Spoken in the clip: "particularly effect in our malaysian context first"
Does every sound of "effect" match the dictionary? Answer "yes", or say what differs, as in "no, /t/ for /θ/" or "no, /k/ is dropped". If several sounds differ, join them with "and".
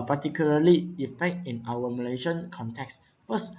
yes